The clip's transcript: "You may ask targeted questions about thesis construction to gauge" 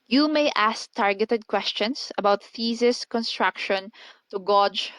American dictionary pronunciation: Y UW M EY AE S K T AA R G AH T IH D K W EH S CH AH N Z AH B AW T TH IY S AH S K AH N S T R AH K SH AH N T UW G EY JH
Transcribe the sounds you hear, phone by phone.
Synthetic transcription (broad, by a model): Y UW M EY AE S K T AA R G AH T IH D K W EH S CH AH N S AH B AW T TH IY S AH S K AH N S T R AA K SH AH N T UW G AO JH